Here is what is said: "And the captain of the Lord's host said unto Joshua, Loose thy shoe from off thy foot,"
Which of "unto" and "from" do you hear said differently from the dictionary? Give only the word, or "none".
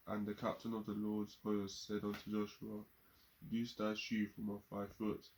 none